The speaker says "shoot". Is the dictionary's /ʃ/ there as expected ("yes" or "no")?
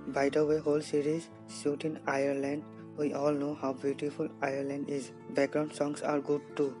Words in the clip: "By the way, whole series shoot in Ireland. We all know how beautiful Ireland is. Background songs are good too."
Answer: no